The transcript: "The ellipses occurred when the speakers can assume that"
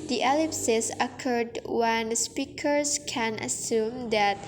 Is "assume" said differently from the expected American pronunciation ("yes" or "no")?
no